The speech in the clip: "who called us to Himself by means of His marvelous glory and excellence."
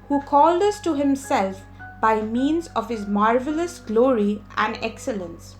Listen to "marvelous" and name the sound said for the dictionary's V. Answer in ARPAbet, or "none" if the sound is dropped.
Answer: V